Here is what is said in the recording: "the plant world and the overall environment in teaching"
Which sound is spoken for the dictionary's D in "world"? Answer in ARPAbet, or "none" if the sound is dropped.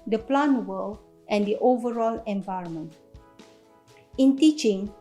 none